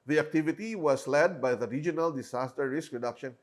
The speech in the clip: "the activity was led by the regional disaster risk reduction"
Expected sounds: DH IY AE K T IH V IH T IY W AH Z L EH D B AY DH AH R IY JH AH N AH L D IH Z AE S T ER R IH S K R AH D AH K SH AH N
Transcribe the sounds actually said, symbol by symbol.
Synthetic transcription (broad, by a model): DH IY AE K T IH V IH T IY W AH S L EH D B AY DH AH R IY JH AH N AH L D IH S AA S T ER R IH S K R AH D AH K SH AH N